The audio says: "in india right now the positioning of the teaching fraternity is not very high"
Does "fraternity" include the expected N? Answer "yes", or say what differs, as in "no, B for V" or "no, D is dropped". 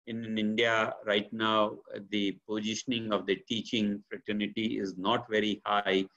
yes